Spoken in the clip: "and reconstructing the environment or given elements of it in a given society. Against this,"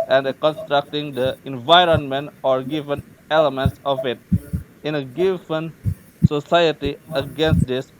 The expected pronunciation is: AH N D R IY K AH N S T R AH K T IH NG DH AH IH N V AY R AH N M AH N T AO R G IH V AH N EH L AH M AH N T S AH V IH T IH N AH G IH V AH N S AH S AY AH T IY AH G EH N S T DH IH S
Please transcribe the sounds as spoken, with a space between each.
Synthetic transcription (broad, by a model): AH N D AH K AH N S T R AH K T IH NG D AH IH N V AY R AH N M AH N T AO R G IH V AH N EH L AH M AH N T S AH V IH T IH N AH G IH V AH N S AH S AY AH T IY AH G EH N S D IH S